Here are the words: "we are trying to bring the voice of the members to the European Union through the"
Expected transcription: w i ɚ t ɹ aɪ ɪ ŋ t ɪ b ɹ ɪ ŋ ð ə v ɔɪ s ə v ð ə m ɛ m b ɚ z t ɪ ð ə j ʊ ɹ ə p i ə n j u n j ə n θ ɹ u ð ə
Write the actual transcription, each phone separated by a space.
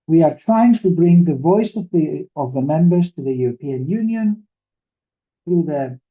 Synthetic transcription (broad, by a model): w i ɚ t ɹ aɪ ɪ ŋ t ɪ b ɹ ɪ ŋ ð ə v ɔɪ s ə v ð ə m ɛ m b ɚ z t ɪ ð ə j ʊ ɹ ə p i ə n j u n j ə n θ ɹ u ð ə